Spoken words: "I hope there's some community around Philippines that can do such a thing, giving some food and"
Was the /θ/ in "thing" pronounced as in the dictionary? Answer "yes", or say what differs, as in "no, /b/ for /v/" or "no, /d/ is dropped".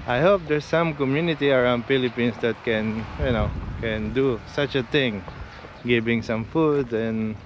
no, /t/ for /θ/